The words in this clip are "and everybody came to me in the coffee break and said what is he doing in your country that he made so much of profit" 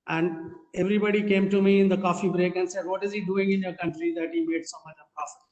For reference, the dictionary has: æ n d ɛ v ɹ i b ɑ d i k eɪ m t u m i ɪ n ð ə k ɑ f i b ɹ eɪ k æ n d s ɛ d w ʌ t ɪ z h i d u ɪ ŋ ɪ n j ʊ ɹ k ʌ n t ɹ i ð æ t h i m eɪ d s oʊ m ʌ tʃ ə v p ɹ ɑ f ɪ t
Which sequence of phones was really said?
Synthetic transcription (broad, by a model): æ n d ɛ v ɹ i b ɑ d i k eɪ m t u m i ɪ n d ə k ɑ f i b ɹ eɪ k æ n d s ɛ d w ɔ t ɪ z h i d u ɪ ŋ ɪ n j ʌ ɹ k ʌ n t ɹ i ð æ t h i m eɪ d s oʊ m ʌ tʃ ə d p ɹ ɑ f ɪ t